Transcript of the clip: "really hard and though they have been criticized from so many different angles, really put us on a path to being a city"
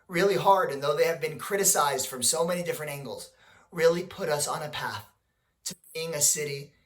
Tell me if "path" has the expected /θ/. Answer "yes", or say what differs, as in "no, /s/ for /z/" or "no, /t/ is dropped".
yes